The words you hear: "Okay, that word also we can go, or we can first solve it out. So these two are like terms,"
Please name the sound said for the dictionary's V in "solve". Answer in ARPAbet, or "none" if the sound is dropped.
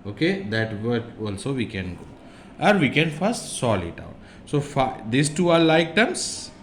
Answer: none